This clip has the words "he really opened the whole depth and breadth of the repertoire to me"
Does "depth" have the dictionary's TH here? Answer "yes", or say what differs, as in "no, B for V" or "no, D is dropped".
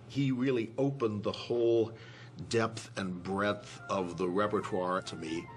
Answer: yes